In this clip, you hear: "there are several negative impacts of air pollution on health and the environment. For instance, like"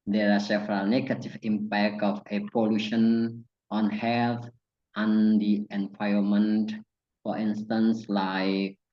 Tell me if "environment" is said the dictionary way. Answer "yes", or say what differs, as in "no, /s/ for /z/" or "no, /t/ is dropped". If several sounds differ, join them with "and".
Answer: no, /ɹ/ is dropped and /n/ is dropped